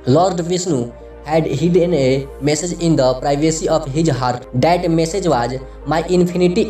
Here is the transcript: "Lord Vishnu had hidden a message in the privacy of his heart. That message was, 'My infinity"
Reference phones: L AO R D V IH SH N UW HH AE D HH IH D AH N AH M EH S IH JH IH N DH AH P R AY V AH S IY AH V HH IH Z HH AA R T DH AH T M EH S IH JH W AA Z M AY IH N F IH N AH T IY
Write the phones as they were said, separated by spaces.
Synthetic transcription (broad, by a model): L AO R D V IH S N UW HH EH D HH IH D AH N AH M EH S IH JH IH N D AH P R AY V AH S IY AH P HH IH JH HH AA R T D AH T M EH S IH JH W AA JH M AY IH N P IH N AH T IY